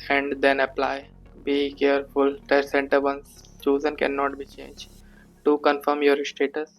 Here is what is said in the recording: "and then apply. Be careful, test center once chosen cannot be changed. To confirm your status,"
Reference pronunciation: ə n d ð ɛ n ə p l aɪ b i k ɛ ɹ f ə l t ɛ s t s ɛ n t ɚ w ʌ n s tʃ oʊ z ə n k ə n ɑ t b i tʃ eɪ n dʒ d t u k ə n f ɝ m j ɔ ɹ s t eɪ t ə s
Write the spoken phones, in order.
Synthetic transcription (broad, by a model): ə n d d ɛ n ə p l aɪ b i k ɛ ɹ f ə l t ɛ t s ɛ n t ɚ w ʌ n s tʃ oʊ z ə n k ə n ɑ t b i tʃ eɪ n dʒ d t u k ə n f ɝ m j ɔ ɹ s t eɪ t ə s